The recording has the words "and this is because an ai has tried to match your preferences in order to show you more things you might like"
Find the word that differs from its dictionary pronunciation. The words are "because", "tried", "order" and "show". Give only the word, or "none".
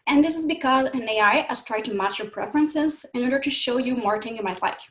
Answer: none